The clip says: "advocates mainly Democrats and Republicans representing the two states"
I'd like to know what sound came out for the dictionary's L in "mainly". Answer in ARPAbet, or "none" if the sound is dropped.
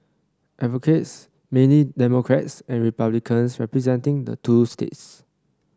none